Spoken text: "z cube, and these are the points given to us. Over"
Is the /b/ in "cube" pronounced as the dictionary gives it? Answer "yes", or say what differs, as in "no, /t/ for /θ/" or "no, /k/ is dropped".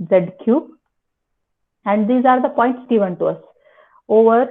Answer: no, /b/ is dropped